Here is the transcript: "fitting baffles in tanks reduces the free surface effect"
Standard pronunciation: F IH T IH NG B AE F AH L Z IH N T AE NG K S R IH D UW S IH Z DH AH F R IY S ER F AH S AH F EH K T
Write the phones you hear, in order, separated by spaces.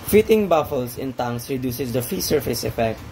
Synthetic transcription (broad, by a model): F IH T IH NG B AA F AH L S IH N T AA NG S R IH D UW S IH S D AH F IY S ER F AH S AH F EH K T